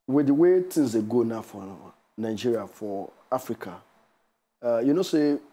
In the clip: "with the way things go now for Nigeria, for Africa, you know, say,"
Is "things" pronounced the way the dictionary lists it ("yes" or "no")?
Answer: no